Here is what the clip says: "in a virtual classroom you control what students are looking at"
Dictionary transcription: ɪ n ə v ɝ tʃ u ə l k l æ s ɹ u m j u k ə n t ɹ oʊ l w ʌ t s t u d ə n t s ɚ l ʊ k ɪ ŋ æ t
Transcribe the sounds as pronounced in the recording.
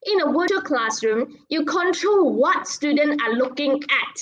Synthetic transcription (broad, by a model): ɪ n ə w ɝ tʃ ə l k l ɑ s ɹ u m j u k ə n t ɹ oʊ l w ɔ t s t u d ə n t ɚ l ʊ k ɪ ŋ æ t